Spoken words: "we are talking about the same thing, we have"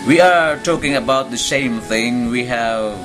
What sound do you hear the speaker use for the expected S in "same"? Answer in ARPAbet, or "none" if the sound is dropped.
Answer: SH